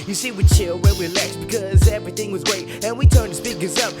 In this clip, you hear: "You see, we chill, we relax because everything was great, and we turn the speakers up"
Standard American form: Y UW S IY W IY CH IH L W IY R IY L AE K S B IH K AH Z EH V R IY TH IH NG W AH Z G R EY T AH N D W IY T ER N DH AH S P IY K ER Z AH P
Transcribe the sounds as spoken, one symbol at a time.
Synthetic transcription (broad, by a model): Y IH S IY W IY CH IH L W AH W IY L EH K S B IH K AH Z EH V R IY TH IH NG W AH Z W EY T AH N W IY T ER N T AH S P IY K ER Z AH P